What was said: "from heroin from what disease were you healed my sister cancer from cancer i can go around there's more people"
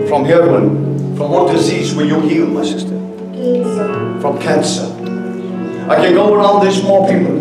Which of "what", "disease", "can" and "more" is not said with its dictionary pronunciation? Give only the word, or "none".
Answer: none